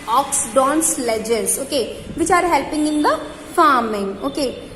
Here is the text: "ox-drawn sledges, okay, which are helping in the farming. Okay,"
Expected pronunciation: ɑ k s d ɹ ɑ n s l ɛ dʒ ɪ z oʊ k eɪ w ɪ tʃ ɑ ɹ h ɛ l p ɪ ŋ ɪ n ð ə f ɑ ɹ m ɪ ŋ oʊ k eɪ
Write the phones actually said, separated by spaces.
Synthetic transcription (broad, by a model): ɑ k s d ɑ n s l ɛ dʒ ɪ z oʊ k eɪ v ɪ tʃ ɑ ɹ h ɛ l p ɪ ŋ ɪ n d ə f ɑ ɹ m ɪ ŋ oʊ k eɪ